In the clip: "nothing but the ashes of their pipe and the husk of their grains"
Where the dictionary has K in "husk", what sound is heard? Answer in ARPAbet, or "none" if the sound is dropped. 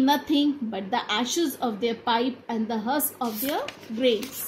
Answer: none